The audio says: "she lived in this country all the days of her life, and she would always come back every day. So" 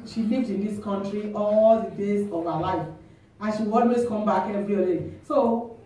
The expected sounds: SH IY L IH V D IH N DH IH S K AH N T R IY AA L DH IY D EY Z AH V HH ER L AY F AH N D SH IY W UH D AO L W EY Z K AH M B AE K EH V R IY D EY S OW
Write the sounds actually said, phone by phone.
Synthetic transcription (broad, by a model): SH IY L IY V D IH N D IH S K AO N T R IY AA L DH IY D EY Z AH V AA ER L AY F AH N SH IY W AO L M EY S K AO M B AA K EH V R IY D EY S OW